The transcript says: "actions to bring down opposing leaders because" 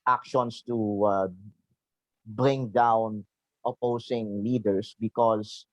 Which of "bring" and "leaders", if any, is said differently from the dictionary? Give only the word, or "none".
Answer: leaders